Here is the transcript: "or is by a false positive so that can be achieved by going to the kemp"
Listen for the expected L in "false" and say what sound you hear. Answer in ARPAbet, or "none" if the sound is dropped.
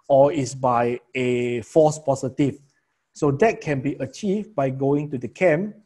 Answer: none